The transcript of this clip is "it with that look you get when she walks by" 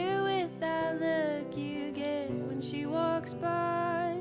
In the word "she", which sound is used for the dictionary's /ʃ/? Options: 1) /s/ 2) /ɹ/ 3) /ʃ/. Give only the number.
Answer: 3